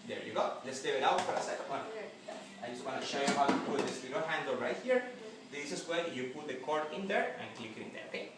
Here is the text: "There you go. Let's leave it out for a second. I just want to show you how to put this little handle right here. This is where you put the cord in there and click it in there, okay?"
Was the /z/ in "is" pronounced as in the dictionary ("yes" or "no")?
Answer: no